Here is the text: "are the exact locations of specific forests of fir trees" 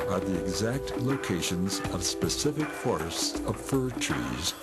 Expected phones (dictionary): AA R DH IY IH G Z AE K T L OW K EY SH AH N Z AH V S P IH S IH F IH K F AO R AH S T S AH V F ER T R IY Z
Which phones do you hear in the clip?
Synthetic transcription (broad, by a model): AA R DH IY IH G Z AE K T L OW K EY SH AH N Z AH V S P IH S IH F IH K F AO R AH S T S AH V F ER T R IY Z